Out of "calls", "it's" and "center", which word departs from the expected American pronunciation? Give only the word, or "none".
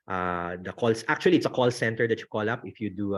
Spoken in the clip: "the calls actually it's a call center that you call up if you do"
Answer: calls